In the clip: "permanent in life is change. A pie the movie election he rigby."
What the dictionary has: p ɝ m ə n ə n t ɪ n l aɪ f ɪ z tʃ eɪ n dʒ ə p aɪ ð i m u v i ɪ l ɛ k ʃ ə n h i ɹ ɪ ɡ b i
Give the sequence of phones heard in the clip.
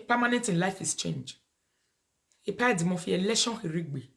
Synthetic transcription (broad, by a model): p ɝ m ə n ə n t ɪ n l aɪ f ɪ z tʃ eɪ n dʒ ə p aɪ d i m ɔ f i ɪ l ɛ ʃ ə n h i ɹ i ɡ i